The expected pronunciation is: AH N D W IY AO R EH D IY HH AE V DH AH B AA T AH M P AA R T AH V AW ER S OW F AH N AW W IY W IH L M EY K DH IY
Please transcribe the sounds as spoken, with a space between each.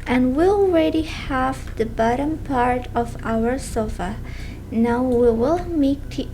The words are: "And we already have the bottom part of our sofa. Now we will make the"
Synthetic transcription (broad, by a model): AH N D W IY AO R EH D IY HH AE V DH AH B AA T AH M P AA R T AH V AW ER S OW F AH N AW W IY W IH L M EY K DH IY